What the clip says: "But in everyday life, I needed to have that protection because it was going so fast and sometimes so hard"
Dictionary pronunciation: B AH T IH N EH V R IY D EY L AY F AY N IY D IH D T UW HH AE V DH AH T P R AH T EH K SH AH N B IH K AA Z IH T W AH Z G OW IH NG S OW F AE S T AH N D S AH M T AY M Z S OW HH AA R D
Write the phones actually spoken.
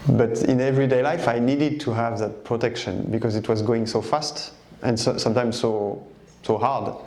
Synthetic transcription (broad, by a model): B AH T IH N EH V R IY D EY L AY F AY N IY D IH D T UW HH AE V DH AH T P R AH T EH K SH AH N B IH K AA Z IH T W AH Z G OW IH NG S OW F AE S T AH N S S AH M T AY M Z S OW HH AA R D